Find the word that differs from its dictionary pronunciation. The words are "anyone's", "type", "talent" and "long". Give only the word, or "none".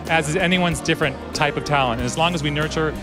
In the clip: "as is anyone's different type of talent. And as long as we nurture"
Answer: none